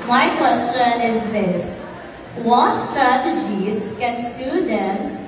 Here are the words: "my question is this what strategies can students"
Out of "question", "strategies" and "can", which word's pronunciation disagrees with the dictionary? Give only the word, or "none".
none